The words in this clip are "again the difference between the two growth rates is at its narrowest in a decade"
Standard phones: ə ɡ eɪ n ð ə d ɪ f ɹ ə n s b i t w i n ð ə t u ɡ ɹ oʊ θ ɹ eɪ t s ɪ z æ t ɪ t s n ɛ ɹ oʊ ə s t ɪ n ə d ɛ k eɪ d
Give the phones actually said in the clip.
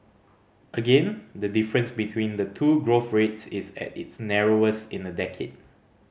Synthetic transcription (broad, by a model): ə ɡ eɪ n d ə d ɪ f ɹ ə n s b i t w i n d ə t u ɡ ɹ oʊ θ ɹ eɪ t s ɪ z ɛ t ɪ t s n ɛ ɹ oʊ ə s ɪ n ə d ɛ k eɪ d